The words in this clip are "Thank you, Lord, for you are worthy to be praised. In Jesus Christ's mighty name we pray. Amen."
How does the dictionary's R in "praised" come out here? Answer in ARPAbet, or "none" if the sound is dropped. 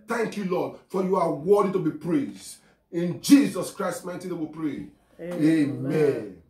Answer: R